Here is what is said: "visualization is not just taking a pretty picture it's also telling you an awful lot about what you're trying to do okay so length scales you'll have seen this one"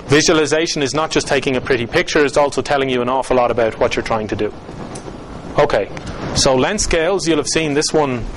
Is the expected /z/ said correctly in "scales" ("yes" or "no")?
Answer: yes